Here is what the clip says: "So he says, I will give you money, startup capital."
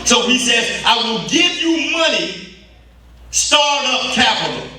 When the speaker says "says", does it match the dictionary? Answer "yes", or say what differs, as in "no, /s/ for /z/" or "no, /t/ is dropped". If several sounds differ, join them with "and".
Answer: yes